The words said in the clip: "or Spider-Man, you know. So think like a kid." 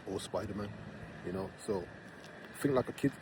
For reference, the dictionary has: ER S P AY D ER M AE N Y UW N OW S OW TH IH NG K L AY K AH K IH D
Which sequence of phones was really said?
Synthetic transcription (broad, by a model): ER S P AY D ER M AE N Y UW N OW S OW F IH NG L AY K AH K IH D